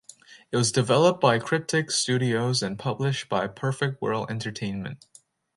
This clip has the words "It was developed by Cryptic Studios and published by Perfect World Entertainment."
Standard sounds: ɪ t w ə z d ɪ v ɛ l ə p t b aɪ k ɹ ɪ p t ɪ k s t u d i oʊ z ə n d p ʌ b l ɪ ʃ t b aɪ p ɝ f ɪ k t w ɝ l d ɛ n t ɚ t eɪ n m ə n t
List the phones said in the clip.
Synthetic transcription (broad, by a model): ɪ t w ə z d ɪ v ɛ l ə p b aɪ k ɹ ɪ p t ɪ k s t u d i oʊ z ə n p ʌ b l ɪ ʃ t b aɪ p ɝ f ɪ k t w ɝ l ɛ n t ɚ t eɪ n m ə n t